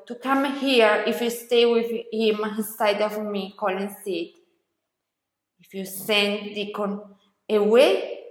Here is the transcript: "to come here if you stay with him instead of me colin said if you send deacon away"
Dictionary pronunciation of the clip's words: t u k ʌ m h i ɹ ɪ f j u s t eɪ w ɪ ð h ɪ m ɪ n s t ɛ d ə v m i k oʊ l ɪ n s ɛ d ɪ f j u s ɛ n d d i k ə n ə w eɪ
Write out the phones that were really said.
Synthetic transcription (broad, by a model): t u k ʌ m h i ɹ ɪ f j u s t eɪ w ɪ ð h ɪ m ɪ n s s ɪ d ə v m i k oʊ l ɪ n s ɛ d ɪ f j u s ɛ n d d i k ə n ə w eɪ